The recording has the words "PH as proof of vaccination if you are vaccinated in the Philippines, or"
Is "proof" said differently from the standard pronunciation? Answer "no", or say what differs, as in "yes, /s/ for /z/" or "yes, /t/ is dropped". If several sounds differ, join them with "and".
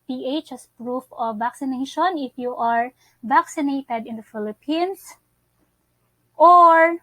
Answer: no